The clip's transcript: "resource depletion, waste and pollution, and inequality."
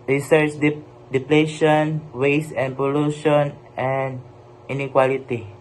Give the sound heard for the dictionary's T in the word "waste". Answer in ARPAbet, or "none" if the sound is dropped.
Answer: none